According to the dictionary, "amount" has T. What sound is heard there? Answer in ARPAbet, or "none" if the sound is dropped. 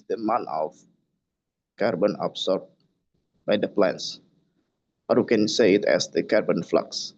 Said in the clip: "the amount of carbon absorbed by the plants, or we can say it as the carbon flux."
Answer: none